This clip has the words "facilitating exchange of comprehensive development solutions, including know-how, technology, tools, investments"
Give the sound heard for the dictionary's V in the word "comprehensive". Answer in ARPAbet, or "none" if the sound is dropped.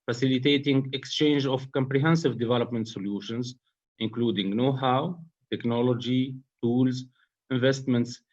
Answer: V